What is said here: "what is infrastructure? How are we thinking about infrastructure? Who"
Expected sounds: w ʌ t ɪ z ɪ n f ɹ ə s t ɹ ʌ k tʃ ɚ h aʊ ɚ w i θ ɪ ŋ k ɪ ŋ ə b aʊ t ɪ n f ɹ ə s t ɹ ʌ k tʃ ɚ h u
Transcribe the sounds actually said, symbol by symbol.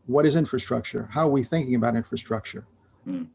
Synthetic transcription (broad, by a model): w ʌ t ɪ z ɪ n f ɹ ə s t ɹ ʌ k tʃ ɚ h aʊ ɚ w i θ ɪ ŋ k ɪ ŋ ə b aʊ t ɪ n f ɹ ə s t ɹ ʌ k tʃ ɚ